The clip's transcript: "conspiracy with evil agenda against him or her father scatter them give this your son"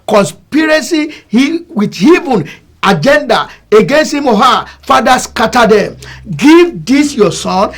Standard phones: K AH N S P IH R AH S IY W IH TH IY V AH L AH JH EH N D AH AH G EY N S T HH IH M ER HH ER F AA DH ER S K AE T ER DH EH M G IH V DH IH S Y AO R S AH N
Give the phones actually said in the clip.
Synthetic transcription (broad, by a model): K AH N S P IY R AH S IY W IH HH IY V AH N AH JH EH N D AH AH G EY N S T HH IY M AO HH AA F AA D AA S K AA T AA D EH M G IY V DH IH S Y AO S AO N